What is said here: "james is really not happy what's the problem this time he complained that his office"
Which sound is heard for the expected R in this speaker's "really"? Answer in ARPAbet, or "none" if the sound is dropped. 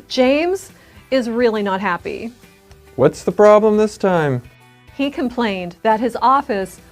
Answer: R